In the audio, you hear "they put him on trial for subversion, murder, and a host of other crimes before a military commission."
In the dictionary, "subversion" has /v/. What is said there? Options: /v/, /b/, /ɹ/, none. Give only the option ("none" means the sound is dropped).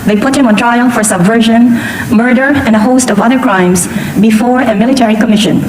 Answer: /v/